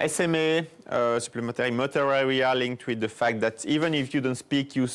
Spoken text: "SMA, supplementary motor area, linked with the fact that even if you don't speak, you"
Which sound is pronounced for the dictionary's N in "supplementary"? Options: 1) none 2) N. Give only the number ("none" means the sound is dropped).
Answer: 1